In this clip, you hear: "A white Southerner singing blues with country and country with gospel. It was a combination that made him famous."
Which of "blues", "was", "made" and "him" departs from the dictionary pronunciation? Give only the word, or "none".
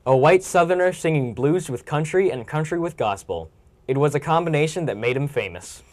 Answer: none